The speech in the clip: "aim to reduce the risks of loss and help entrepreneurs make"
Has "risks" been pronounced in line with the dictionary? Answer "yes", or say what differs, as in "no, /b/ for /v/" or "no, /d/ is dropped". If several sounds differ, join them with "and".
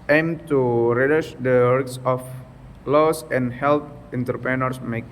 no, /w/ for /ɹ/